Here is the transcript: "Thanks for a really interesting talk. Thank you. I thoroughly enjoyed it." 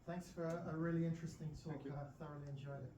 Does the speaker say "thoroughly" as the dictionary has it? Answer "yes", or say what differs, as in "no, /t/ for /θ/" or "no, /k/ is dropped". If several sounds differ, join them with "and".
yes